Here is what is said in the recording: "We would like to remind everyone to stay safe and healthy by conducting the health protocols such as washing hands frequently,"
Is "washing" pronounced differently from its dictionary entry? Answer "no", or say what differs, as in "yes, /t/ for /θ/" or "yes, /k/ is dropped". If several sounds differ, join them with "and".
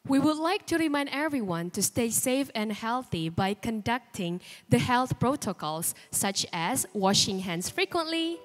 no